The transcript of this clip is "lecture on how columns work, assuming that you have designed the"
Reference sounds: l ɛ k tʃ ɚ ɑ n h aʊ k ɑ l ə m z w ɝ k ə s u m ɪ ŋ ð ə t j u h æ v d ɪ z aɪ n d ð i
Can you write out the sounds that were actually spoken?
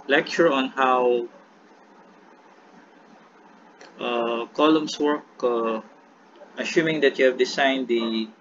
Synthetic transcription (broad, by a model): l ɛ k tʃ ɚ ɑ n h aʊ k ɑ l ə m s w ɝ k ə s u m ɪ ŋ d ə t j u h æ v d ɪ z aɪ n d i